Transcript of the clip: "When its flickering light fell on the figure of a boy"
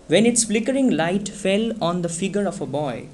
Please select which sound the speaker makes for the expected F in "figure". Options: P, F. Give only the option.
F